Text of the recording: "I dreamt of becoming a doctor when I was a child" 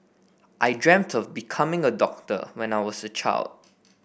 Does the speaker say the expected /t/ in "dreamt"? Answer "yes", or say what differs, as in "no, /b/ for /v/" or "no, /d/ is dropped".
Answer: yes